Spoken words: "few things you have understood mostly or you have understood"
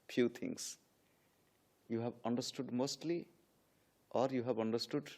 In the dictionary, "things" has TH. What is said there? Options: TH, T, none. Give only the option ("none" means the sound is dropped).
T